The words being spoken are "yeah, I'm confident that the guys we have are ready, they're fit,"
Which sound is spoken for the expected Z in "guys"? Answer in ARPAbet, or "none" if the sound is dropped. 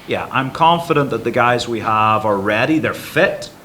Z